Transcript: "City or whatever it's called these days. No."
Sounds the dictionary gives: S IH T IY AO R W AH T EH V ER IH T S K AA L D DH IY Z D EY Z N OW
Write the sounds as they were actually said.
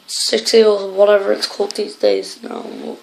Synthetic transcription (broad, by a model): S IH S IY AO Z W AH T EH V ER IH T S K AA L D DH IY Z D EY Z N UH